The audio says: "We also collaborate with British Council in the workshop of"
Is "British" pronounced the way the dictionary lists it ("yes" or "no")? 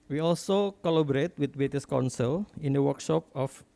no